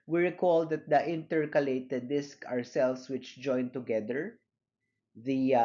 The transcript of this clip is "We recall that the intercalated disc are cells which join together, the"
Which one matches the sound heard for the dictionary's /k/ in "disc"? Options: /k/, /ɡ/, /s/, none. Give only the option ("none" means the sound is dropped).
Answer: /k/